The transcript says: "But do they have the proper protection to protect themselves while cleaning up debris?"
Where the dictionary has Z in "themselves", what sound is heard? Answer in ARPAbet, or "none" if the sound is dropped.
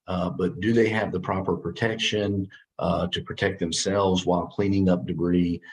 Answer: Z